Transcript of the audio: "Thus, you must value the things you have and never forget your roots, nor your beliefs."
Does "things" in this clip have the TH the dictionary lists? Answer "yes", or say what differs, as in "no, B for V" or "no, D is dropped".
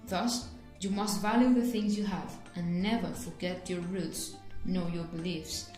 yes